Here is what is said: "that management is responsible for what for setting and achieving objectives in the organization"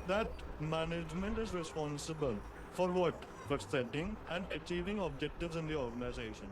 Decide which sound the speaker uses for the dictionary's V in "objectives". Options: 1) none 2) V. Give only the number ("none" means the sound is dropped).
2